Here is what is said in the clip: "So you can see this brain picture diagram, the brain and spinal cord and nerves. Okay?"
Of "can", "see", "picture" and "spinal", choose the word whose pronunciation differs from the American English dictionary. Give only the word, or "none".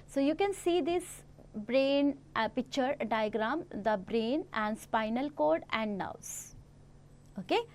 none